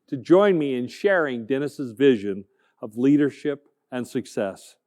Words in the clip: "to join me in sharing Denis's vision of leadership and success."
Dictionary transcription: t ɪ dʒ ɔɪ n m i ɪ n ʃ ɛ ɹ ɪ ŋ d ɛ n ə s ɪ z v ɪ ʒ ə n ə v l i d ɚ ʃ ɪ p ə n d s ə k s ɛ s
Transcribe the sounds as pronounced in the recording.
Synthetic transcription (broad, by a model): t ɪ dʒ ɔɪ n m i ɪ n ʃ ɛ ɹ ɪ ŋ d ɛ n ə s ɪ z v ɪ ʒ ə n ə v l i d ɚ ʃ ɪ p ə n s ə k s ɛ s